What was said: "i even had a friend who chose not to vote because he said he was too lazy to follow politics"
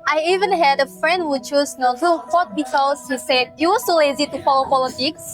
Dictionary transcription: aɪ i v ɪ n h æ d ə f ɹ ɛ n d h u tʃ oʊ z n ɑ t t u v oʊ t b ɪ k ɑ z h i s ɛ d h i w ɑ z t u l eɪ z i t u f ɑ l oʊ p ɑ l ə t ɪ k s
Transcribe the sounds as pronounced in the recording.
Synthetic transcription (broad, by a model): aɪ i v ɪ n h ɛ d ə f ɹ ɛ n d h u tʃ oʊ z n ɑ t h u f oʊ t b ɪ k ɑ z h i s ɛ d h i w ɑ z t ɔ l eɪ z i t u f ɑ l oʊ p ɑ l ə t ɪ k s